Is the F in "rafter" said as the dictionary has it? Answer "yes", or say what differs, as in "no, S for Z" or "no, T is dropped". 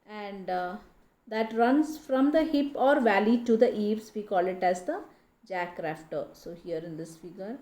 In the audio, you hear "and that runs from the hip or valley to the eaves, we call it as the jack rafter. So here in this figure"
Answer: yes